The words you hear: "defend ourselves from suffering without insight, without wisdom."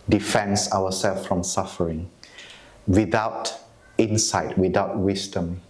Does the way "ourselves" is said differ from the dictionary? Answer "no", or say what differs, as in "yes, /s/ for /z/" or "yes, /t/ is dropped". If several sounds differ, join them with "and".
yes, /w/ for /ɹ/